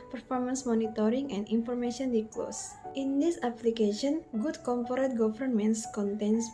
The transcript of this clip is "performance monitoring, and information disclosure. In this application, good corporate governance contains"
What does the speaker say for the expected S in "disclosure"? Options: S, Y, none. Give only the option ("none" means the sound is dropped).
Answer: none